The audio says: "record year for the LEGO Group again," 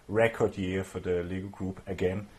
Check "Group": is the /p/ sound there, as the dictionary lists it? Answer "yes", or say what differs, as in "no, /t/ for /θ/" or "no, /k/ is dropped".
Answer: no, /b/ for /p/